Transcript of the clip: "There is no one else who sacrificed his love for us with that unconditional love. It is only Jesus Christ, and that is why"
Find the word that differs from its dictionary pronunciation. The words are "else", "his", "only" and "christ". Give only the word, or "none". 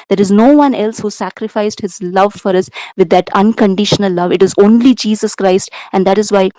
none